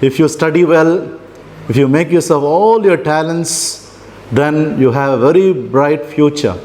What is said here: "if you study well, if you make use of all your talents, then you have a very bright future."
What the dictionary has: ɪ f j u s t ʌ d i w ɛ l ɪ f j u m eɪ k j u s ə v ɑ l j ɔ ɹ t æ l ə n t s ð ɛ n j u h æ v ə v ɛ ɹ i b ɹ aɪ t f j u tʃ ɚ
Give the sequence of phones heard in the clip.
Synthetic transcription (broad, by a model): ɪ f j u s t ʌ d i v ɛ l ɪ f j u m eɪ k j u s ə v ɑ l j ɔ ɹ t æ l ə n t s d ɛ n j u h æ v ə v ɛ ɹ i b ɹ aɪ t f j u tʃ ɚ